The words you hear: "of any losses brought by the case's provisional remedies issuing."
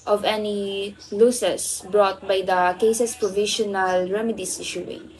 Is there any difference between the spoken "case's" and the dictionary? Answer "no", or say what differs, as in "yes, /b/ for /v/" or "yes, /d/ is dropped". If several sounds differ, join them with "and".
yes, /s/ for /z/